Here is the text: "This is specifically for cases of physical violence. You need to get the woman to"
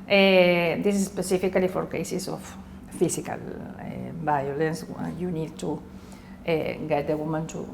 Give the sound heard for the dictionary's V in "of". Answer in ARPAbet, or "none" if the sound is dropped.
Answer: F